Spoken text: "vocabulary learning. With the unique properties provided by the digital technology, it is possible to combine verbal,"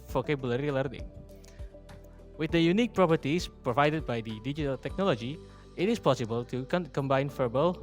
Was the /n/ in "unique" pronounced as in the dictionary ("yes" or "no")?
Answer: yes